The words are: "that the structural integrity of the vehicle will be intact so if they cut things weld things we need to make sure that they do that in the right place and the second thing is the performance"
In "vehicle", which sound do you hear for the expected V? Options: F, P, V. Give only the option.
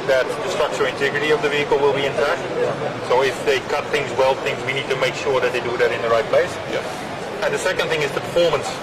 V